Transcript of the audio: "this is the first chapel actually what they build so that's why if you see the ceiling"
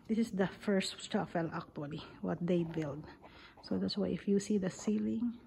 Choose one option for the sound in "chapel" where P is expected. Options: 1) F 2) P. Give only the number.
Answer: 1